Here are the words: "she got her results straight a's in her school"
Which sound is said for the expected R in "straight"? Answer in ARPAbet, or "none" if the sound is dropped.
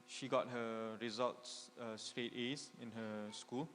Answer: R